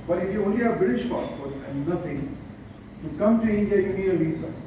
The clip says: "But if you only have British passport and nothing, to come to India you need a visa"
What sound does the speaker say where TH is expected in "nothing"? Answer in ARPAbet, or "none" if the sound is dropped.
T